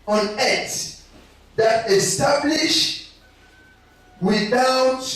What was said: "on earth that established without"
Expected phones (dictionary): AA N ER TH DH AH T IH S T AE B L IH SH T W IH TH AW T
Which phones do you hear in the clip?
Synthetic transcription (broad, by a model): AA N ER T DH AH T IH S T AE B L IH SH W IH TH AW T